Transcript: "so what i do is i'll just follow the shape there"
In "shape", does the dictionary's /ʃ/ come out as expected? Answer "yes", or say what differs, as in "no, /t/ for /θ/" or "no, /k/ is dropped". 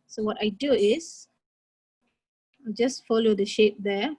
yes